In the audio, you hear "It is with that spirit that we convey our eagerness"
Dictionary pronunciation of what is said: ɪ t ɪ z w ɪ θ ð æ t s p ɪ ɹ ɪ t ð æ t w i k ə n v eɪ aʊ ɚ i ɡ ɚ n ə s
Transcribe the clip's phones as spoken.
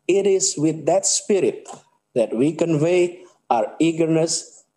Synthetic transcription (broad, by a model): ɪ t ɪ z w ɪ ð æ t s p ɪ ɹ ɪ t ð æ t w i k ə n v eɪ aʊ ɚ i ɡ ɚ n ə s